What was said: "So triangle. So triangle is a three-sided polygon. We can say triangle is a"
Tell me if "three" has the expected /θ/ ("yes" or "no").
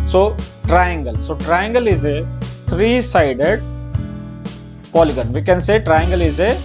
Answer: no